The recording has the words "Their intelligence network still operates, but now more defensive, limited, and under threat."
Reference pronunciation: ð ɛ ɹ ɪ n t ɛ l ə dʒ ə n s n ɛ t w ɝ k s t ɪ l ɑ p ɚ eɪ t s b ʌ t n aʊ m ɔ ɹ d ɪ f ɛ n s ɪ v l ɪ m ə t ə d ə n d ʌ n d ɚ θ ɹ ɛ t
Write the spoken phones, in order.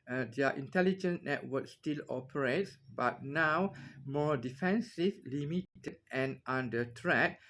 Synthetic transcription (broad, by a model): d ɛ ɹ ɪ n t ɛ l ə dʒ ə n n ɛ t w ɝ k s t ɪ l ɑ p ɚ eɪ t s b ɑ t n aʊ m ɔ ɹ d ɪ f ɛ n s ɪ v l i m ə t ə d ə n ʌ n d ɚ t ɹ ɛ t